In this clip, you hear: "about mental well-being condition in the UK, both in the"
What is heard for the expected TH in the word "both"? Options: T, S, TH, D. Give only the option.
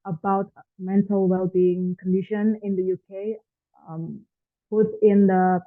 T